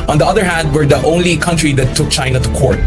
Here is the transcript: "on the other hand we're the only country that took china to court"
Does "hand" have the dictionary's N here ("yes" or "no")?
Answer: yes